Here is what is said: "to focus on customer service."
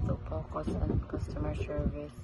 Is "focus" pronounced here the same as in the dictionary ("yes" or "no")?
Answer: no